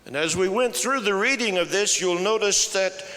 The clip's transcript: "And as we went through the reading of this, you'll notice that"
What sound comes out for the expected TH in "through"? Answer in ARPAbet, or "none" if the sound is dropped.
TH